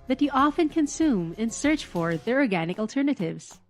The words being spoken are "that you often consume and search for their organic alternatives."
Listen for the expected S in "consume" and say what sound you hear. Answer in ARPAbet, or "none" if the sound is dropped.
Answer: S